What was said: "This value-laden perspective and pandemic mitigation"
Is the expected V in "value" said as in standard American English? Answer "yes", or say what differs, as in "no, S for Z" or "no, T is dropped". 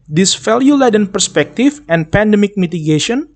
no, F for V